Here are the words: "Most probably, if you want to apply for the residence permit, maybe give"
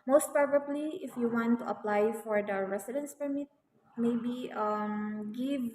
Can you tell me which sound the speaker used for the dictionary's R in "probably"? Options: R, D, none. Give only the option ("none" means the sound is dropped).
none